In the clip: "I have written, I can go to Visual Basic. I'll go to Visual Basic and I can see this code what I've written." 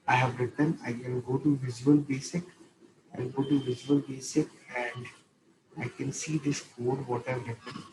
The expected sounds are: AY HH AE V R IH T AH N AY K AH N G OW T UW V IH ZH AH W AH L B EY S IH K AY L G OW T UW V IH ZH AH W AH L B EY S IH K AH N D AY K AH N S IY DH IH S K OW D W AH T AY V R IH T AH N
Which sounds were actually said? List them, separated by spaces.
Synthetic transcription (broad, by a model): AY HH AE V R IH T AH N AY K AH N G OW T UW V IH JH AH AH L B EY S IH K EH N G OW T UW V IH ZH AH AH L B EY S IH K AH N D AY K AH N S IY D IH S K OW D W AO T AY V R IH T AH N